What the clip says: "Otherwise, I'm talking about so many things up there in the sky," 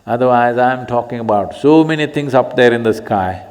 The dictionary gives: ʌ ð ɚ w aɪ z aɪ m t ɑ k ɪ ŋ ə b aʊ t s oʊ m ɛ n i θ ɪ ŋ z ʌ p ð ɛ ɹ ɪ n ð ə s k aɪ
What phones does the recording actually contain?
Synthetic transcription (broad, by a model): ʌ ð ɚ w aɪ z aɪ m t ɑ k ɪ ŋ ə b aʊ t s oʊ m ɛ n i t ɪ ŋ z ʌ p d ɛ ɹ ɪ n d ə s k aɪ